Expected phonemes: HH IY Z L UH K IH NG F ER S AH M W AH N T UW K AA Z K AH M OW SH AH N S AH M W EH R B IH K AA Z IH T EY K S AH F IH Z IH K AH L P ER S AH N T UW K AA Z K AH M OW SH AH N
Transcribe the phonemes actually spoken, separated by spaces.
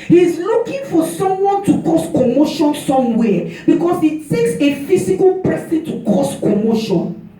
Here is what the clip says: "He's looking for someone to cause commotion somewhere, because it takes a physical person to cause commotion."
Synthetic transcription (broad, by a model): HH IY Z L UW K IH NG F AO S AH M W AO N T UW K AA S K AH M OW SH AH N S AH M W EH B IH K AA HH IH T EY K S AH F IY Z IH K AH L P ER S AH N T UW K AA S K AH M OW SH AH N